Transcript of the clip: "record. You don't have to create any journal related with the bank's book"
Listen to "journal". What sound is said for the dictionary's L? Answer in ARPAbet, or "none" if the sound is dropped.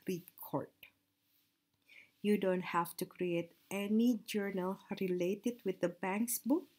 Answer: L